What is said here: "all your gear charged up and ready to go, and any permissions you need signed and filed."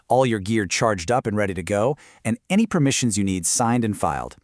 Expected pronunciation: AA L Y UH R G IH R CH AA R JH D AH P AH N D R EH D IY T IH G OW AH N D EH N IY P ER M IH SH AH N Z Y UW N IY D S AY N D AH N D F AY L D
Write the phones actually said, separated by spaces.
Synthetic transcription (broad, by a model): AA L Y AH R G IH R CH AA R JH D AH P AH N R EH D IY T IH G OW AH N EH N IY P ER M IH SH AH N Z Y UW N IY D S AY N D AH N F AY L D